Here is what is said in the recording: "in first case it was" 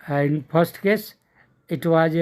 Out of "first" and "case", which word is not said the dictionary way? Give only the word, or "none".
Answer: first